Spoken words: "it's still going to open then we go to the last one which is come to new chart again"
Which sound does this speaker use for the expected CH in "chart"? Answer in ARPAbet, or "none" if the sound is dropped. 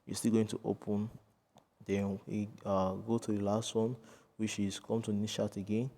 SH